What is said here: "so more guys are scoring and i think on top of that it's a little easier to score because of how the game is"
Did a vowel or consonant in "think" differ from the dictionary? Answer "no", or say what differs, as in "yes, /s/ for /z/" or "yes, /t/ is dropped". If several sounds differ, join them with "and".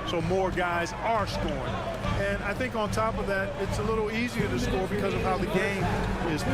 no